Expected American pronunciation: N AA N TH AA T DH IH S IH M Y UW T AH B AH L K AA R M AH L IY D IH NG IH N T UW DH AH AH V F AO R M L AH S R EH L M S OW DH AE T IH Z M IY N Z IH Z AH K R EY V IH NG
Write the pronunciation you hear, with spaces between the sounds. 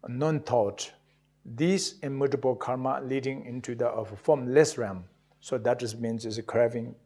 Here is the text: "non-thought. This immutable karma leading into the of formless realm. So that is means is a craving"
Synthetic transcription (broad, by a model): N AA N T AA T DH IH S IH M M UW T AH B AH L K AA R M AH L IY D IH NG IH N T UW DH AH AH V F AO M L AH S R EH M S OW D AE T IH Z M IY N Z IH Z AH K R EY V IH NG